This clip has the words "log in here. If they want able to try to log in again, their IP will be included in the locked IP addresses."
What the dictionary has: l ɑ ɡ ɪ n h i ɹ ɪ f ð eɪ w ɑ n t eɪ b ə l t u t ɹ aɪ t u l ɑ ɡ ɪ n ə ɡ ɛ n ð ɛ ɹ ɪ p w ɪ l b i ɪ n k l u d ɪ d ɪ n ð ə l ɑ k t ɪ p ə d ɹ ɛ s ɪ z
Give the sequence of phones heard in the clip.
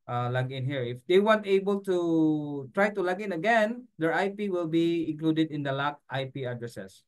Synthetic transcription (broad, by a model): l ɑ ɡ ɪ n h i ɹ ɪ f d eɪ w ɑ n t eɪ b ə l t u t ɹ aɪ t u l ɑ ɡ ɪ n ə ɡ ɛ n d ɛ ɹ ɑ p w ɪ l b i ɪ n k l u d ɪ d ɪ n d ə l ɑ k t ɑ p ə d ɹ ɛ s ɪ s